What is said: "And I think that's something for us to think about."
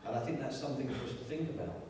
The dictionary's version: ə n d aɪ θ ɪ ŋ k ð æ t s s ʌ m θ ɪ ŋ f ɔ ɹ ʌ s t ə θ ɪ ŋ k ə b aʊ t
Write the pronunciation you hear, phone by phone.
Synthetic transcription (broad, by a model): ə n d aɪ θ ɪ ŋ k ð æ t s s ʌ m θ ɪ ŋ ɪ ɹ ʌ s t ə θ ɪ ŋ k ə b aʊ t